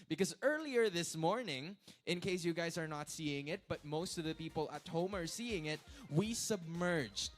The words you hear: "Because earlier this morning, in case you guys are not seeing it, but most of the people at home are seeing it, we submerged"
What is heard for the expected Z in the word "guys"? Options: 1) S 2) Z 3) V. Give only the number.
2